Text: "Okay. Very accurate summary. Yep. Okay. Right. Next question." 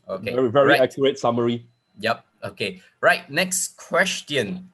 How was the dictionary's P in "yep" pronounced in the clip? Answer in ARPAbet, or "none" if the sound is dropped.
P